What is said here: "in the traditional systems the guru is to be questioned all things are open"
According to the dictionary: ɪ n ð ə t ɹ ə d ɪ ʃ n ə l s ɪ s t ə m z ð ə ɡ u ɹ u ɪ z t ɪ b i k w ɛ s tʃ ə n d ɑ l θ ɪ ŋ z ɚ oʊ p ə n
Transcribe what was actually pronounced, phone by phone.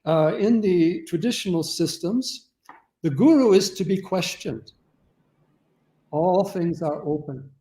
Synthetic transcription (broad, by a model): ɪ n ð ə t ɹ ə d ɪ ʃ n l s ɪ s t ə m z ð ə ɡ u ɹ u ɪ z t ɪ b i k w ɛ s tʃ ə n d ɑ l θ ɪ ŋ z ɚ oʊ p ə n